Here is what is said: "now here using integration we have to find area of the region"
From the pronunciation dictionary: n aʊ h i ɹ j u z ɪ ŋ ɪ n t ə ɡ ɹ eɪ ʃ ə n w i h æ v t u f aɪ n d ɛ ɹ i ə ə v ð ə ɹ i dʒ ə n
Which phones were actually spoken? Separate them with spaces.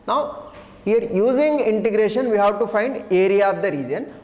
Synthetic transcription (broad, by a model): n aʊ h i ɹ j u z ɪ ŋ ɪ n t ə ɡ ɹ eɪ ʃ ə n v i h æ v t u f aɪ n d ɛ ɹ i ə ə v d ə ɹ i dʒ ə n